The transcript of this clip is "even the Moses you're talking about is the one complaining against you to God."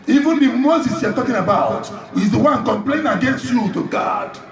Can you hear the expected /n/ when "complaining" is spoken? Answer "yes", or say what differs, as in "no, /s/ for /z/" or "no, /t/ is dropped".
no, /n/ is dropped